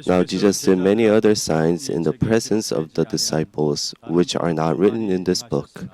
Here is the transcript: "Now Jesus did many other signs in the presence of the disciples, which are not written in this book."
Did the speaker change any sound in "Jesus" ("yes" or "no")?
no